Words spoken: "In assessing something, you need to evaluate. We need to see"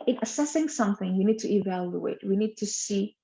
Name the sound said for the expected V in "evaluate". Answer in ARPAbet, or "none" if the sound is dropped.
V